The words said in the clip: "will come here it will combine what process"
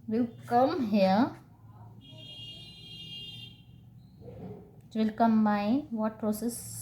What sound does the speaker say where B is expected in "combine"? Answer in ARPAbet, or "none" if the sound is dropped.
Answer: none